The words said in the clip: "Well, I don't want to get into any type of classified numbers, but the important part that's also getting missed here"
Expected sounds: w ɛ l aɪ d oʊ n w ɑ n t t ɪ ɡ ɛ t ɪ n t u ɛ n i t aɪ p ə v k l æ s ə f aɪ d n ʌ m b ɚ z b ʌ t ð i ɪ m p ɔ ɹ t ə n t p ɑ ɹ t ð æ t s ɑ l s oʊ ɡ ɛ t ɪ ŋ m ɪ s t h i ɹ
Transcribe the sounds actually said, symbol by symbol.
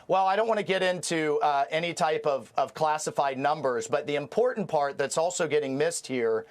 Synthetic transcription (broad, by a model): w ɛ l aɪ d oʊ n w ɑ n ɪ ɡ ɛ t ɪ n t u ɛ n i t aɪ p ə v k l æ s ə f aɪ d n ʌ m b ɚ z b ʌ t ð i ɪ m p ɔ ɹ t n p ɑ ɹ t ð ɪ t s ɑ l s oʊ ɡ ɛ t ɪ ŋ m ɪ s t h i ɹ